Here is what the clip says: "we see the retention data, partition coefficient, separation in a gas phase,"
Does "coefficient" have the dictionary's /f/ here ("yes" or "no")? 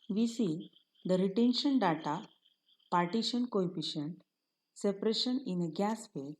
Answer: no